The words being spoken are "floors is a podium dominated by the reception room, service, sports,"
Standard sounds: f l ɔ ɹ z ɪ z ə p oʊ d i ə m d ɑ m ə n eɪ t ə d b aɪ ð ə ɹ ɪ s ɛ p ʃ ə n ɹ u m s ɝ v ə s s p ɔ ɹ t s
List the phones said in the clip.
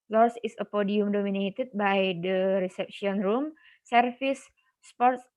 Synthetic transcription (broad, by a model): l ɔ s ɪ s ə p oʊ d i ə m d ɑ m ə n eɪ t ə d b aɪ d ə ɹ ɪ s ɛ p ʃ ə n ɹ u m s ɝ f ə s s p ɔ ɹ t s